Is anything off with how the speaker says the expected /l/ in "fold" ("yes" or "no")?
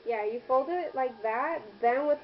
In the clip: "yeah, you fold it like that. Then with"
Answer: no